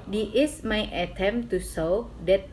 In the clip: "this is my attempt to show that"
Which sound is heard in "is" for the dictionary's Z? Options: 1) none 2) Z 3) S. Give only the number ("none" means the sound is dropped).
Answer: 3